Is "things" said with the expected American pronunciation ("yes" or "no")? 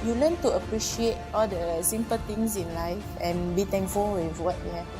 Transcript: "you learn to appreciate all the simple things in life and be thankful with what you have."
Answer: no